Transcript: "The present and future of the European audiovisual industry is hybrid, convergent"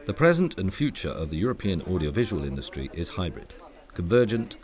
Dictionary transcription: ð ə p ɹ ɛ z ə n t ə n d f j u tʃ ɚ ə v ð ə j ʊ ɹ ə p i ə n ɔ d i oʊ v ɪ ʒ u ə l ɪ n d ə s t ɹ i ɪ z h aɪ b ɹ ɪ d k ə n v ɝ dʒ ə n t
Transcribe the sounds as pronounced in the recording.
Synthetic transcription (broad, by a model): ð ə p ɹ ɛ z ə n t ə n f j u tʃ ɚ ə v ð ə j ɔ ɹ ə p i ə n ɔ d i oʊ v ɪ ʒ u ə l ɪ n d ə s t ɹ i ɪ z h aɪ b ɹ ɪ d k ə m v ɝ dʒ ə n t